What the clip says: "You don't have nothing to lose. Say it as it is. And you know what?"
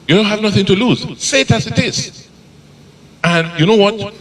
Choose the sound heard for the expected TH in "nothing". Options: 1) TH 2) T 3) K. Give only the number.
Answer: 1